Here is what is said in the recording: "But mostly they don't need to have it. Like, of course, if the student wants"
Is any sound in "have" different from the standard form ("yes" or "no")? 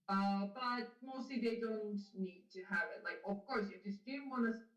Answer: no